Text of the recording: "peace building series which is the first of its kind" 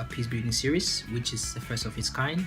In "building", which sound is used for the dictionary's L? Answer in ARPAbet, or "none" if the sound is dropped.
none